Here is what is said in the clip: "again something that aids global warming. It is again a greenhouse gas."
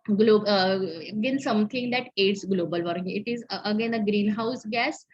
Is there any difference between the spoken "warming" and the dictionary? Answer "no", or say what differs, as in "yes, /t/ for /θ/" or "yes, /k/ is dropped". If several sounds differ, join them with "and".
yes, /m/ is dropped